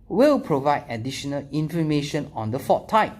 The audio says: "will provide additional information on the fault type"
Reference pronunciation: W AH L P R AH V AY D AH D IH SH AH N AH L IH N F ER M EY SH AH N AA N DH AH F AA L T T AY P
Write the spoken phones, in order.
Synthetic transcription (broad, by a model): W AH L P R AH V AY D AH D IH SH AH N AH L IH N F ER M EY SH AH N AA N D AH F AA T T AY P